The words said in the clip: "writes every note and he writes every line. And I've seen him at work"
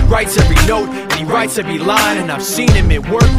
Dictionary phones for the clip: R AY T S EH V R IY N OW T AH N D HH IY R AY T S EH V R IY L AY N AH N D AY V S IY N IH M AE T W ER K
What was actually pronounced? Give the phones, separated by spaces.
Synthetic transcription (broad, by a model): R AY T S EH V R IY N OW T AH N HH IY R AY T S EH V R IY L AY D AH N AY V S IY N IH M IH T W ER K